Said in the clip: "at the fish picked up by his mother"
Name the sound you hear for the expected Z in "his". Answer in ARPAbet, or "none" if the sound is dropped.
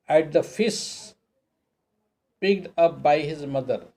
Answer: Z